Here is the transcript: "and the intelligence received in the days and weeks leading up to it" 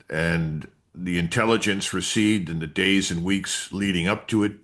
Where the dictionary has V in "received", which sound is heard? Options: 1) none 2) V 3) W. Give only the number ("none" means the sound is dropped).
1